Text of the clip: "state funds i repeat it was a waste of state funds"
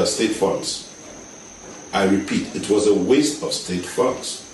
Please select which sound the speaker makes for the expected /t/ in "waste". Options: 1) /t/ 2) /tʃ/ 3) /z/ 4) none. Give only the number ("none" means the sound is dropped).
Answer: 1